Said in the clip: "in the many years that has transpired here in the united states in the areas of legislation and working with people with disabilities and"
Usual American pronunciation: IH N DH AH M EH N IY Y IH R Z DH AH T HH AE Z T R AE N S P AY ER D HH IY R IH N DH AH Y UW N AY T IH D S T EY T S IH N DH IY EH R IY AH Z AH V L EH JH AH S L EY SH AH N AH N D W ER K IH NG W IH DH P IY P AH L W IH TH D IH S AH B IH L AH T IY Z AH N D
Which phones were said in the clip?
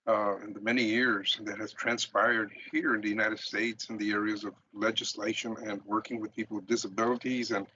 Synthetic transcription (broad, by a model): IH N DH AH M EH N IY Y IH R Z DH AH T HH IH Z T R AE N S P AY ER D HH IY R IH N DH AH Y UW N AY T IH D S T EY T S IH N DH IY EH R IY AH Z AH V L EH JH AH S L EY SH AH N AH N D W ER K IH NG W IH DH P IY P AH L D IH S AH B IH L AH T IY Z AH N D